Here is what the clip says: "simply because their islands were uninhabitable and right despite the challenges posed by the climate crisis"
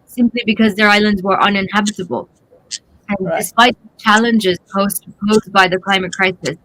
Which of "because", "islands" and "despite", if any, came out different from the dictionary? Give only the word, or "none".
none